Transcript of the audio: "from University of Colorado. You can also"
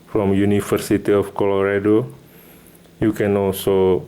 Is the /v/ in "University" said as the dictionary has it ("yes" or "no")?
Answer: no